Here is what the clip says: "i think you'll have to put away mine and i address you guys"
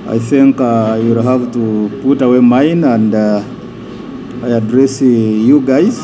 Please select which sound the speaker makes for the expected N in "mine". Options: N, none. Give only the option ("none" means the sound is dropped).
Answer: N